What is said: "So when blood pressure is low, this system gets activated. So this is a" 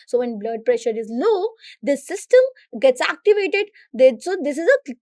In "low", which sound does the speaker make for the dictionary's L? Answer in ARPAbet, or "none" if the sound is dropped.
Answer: N